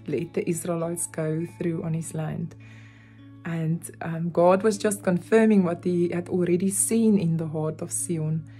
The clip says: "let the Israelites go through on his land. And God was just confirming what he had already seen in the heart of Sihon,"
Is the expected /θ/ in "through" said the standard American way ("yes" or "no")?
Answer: yes